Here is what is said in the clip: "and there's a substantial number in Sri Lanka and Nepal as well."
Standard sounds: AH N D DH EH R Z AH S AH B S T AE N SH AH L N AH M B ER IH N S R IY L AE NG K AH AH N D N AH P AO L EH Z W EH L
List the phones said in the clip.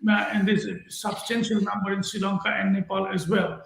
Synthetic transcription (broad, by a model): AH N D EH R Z AH S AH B S T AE N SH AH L N AH M B ER IH N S IY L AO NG K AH AH N D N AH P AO L EH Z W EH L